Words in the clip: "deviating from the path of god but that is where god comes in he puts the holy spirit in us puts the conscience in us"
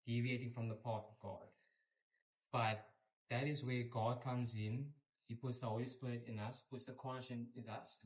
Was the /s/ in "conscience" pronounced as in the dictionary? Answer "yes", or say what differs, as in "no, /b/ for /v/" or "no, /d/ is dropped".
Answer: no, /s/ is dropped